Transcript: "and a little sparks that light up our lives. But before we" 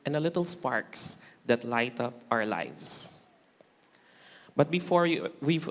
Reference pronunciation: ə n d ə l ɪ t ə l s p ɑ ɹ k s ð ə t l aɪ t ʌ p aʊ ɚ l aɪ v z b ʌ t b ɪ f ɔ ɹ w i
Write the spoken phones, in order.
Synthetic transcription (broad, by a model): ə n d ə l ɪ t ə l s p ɑ ɹ k s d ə t l aɪ t ʌ p aʊ ɚ l aɪ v s b ʌ t b ɪ f ɔ ɹ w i